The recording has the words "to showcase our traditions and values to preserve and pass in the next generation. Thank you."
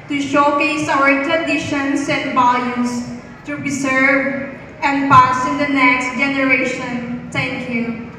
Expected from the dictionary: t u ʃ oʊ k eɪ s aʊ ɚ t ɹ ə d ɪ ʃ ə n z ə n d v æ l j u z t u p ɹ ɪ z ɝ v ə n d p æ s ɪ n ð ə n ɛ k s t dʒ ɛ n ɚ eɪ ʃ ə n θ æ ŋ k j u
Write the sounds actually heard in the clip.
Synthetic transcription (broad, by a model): t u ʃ oʊ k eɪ s aʊ ɚ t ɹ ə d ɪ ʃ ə n s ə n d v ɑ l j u s t u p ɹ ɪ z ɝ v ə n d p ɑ s ɪ n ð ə n ɛ k s t dʒ ɛ n ɚ eɪ ʃ ə n t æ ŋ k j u